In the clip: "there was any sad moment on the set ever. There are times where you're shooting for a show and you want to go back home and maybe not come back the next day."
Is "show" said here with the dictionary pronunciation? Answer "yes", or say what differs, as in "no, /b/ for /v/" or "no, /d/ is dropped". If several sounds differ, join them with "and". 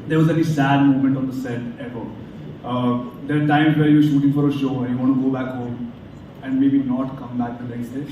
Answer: yes